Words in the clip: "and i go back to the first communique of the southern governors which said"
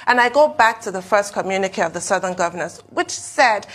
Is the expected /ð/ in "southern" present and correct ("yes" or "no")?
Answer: yes